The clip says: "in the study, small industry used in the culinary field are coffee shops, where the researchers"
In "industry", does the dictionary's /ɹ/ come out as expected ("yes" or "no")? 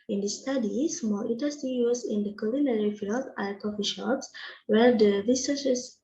no